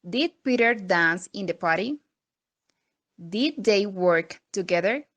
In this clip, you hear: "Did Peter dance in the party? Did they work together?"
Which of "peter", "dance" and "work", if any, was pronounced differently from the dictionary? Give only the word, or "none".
none